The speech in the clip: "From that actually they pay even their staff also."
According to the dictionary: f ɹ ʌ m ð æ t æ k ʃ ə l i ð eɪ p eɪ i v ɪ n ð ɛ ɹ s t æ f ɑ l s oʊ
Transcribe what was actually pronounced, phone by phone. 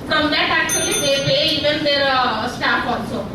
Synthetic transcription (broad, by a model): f ɹ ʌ m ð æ t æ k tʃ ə l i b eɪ b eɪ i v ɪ n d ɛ ɹ s t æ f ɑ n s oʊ